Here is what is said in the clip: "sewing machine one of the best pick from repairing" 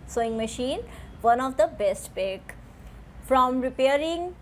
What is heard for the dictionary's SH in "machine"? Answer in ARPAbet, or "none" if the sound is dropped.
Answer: SH